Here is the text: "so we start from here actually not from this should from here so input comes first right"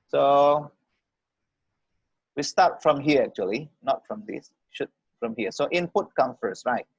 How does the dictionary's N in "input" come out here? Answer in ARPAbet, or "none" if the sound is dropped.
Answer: N